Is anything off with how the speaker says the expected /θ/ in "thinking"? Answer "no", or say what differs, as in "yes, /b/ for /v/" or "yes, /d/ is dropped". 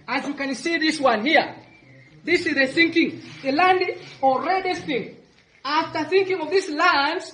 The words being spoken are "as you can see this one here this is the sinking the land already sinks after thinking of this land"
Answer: no